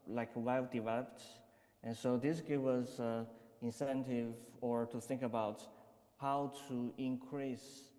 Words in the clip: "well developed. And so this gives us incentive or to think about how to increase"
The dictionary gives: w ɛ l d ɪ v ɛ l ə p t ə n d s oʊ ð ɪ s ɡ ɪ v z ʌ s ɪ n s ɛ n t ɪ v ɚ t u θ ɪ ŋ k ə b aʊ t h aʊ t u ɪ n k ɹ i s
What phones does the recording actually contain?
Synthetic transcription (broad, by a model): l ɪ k d ɪ v ɛ l ə p t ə n s oʊ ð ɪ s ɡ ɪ v ʌ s ɪ n s ɛ n t ɪ v ɚ t u θ ɪ ŋ k ə b aʊ t h aʊ t u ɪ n k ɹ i s